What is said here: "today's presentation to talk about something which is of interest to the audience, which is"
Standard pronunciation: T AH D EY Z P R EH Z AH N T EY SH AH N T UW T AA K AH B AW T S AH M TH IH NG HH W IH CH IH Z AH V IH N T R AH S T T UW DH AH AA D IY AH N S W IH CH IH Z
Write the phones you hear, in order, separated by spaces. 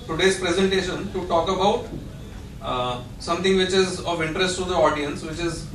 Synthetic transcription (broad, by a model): T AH D EY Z P R EH Z AH N T EY SH AH N T UW T AA K AH B AW T S AH M T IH NG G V IH CH IH Z AH V IH N T R AH S T T UW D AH AA D IY AH N S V IH CH IH Z